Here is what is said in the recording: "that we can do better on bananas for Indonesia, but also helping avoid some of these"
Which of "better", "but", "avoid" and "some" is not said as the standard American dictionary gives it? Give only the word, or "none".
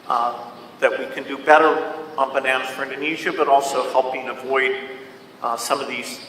none